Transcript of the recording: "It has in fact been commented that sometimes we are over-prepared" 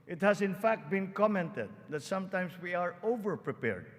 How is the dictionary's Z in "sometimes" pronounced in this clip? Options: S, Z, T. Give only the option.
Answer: S